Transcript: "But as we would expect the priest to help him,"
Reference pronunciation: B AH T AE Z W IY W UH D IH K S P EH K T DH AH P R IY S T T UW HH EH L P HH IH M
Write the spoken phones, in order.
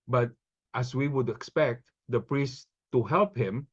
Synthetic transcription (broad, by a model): B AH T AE S W IY W UH D IH K S P EH K T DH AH P R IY S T T UW HH EH L P HH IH M